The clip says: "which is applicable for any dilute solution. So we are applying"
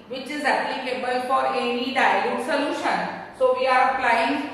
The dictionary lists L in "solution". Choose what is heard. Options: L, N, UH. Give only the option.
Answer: L